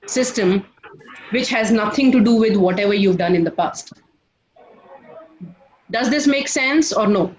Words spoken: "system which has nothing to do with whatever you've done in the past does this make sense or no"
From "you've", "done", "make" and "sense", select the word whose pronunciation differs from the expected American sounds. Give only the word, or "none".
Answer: none